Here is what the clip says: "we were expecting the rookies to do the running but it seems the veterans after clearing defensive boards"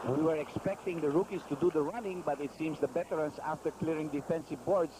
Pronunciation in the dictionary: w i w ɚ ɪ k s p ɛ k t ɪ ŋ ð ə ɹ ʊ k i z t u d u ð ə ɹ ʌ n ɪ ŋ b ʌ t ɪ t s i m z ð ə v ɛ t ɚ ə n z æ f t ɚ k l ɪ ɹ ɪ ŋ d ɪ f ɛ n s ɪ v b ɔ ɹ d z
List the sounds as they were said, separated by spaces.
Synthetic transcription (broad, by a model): w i w ɚ ɪ k s p ɛ k t ɪ ŋ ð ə ɹ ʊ k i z t u d u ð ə ɹ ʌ n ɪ ŋ b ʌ t ɪ t s i m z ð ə b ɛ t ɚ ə n s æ f t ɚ k l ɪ ɹ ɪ ŋ d ɪ f ɛ n s ɪ v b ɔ ɹ d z